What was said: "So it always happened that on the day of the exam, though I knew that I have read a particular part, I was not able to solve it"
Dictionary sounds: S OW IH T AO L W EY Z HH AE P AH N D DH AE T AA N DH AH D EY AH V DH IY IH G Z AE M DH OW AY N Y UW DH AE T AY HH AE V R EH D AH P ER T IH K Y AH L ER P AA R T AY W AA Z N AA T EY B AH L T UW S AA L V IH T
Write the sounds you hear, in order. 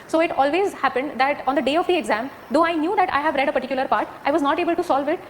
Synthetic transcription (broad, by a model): S OW IH T AO L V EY Z HH AE P AH N D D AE T AA N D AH D EY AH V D IY IH G Z AE M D OW AY N Y UW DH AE T AY HH AE V R EH D AH P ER T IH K Y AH L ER P AA R T AY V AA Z N AA T EY B AH L T UW S AA L V IH T